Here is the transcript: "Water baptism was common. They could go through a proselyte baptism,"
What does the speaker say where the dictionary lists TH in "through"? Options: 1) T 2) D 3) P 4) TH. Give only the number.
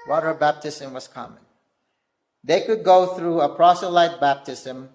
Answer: 4